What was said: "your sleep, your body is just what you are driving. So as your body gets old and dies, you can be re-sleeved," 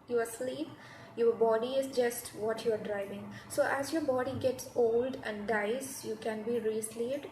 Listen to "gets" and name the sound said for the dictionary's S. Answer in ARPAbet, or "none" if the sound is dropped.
S